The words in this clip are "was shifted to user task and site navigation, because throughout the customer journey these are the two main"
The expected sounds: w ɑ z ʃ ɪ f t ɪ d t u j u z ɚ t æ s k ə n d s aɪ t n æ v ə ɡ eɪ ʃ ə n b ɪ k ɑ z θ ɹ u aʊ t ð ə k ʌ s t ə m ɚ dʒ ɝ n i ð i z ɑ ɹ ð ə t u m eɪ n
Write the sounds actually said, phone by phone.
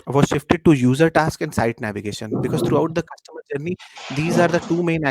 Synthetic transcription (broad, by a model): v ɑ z ʃ ɪ f t ɪ d t u j u z ɚ t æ s k ə n d s aɪ t n æ v ə ɡ eɪ ʃ ə n b ɪ k ɑ z t ɹ u aʊ t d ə k ʌ s t ə m ɚ dʒ ɝ n i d i z ɑ ɹ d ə t u m eɪ n